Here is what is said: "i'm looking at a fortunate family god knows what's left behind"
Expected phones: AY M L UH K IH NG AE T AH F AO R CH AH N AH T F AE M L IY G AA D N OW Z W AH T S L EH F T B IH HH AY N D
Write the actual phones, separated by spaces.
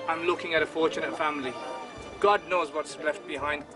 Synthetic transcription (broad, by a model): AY M L UH K IH NG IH T AH F AO R CH AH N AH T F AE M L IY G AA D N OW Z W AH T S L EH F T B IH HH AY N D